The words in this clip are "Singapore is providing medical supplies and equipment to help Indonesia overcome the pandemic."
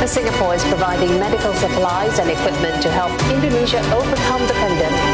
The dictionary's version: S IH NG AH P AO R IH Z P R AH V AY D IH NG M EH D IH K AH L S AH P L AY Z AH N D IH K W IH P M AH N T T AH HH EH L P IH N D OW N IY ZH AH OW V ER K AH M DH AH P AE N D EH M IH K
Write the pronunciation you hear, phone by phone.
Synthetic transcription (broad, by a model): S IH NG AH P AO R IH Z P R AH V AY D IH NG M EH D IH K AH L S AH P L AY Z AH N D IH K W IH P M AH N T T AH HH EH L P IH N D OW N IY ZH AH OW V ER K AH M DH AH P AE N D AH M